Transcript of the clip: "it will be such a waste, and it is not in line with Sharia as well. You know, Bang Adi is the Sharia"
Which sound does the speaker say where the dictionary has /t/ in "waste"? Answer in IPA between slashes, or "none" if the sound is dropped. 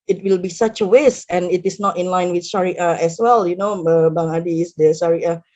none